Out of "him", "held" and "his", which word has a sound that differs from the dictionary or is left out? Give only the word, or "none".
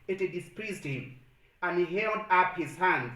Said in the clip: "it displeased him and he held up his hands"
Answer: none